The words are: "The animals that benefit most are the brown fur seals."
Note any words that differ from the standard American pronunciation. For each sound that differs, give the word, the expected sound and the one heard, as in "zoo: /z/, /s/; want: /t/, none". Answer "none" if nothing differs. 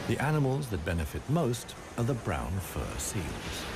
none